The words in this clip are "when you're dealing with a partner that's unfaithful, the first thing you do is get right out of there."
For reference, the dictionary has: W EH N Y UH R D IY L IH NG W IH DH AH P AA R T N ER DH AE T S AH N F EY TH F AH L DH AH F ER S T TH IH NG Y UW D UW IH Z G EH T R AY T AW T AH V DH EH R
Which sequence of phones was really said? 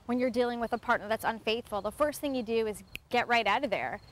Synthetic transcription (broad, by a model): W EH N Y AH R D IY L IH NG W IH DH AH P AA R T N ER DH AE T S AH N F EY TH F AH L DH AH F ER S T TH IH NG Y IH D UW IH Z G EH T R AY T AW T AH V DH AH R